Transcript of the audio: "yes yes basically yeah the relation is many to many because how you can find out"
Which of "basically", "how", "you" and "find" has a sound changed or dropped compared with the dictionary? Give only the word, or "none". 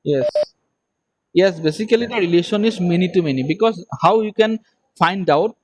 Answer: basically